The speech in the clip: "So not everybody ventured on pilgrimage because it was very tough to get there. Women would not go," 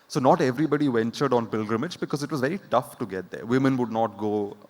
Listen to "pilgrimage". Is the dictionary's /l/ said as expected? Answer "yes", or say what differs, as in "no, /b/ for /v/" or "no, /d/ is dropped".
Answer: yes